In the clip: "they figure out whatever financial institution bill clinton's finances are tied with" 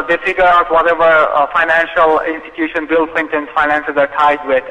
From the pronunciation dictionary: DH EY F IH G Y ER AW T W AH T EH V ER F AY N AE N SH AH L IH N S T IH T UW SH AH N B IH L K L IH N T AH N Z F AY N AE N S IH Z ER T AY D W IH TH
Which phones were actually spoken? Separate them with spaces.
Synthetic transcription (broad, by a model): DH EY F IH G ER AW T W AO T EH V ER F AY N AE N SH AH L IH N S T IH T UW SH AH N B IH L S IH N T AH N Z F AY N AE N S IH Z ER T AY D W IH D